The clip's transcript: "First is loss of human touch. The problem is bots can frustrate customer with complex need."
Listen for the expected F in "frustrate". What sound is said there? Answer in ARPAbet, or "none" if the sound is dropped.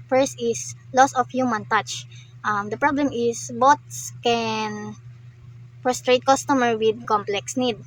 P